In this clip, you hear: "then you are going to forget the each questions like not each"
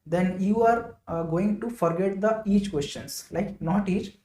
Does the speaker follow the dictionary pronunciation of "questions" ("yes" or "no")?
no